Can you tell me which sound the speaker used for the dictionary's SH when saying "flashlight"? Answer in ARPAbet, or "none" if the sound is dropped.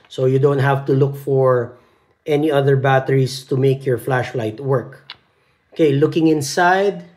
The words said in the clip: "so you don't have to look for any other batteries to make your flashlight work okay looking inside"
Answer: SH